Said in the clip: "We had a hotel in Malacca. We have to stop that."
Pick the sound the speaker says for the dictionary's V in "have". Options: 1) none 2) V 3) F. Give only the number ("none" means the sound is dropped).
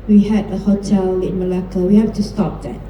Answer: 3